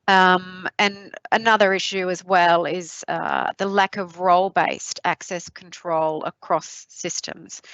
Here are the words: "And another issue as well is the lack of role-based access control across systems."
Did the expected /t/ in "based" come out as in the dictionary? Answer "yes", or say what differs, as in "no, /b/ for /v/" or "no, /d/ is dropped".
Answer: yes